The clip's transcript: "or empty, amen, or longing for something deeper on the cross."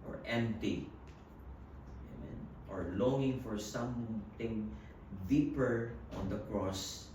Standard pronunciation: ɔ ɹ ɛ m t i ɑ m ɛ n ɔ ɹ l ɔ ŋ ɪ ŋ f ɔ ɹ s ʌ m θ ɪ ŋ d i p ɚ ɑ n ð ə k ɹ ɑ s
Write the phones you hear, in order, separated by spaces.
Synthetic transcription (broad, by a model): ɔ ɹ ɛ m t i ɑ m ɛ n ɔ ɹ l ɔ ŋ ɪ ŋ f ɔ ɹ s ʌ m t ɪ ŋ d i p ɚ ɑ n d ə k ɹ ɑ s